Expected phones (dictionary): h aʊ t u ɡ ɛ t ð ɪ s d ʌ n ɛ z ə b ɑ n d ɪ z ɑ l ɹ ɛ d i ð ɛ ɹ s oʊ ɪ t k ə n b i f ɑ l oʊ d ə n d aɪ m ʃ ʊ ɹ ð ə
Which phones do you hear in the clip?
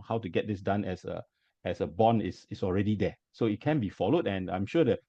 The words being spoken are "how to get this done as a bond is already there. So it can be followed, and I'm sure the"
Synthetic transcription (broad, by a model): h aʊ t u ɡ ɛ t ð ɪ s d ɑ n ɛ s ə b ɑ n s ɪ s ɑ l ɹ ɛ d i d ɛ s oʊ ɪ t k ə n b i f ɑ l oʊ d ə n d aɪ m ʃ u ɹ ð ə